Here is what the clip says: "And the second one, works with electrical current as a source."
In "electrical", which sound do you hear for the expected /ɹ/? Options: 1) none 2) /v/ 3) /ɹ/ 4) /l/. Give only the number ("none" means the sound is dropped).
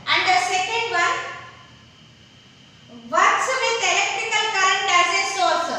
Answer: 1